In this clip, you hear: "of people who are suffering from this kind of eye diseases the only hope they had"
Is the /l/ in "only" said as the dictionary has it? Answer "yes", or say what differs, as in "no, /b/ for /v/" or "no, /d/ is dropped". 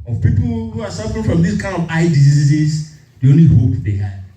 yes